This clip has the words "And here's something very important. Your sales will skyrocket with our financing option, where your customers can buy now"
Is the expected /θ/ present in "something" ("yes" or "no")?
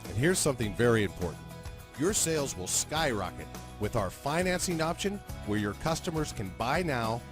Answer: yes